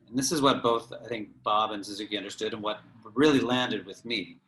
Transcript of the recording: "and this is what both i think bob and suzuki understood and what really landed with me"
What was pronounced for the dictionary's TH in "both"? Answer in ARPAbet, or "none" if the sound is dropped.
TH